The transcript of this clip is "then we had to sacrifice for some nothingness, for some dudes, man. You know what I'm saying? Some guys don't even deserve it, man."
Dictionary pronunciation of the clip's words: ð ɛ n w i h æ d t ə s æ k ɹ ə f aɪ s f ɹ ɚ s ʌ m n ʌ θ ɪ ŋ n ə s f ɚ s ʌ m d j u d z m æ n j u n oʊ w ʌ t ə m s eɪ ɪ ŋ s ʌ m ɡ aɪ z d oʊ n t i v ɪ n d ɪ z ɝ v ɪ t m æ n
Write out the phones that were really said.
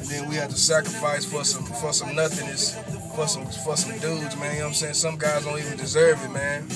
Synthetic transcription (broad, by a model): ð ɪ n w i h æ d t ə s æ k ɹ ə f aɪ s f ɹ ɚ s ʌ m n ʌ θ ɪ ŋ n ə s f ɚ s ʌ m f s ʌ d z m æ n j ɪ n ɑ ə m s eɪ ɪ ŋ s ʌ m ɡ aɪ z d oʊ n t i v ɪ n d ɪ z ɝ v ɪ t m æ n